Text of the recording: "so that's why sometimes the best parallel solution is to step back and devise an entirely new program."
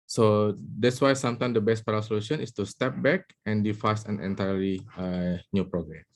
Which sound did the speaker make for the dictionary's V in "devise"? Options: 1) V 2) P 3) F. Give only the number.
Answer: 3